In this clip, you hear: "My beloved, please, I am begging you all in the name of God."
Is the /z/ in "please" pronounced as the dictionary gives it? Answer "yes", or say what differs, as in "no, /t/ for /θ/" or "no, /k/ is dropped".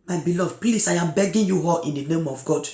no, /s/ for /z/